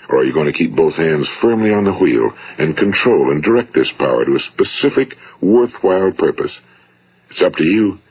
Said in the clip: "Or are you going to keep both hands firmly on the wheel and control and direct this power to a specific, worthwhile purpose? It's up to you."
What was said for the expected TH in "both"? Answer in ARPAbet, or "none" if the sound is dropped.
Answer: TH